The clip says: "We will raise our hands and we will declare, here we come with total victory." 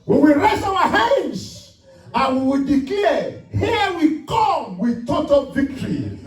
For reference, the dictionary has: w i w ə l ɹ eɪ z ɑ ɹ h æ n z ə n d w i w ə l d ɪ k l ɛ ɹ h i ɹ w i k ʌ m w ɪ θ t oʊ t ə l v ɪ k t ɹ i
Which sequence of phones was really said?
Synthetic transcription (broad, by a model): w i w ə l ɹ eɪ s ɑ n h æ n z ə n w i w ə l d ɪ k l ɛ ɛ h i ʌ w i k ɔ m w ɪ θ t oʊ t ə l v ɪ k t ɹ i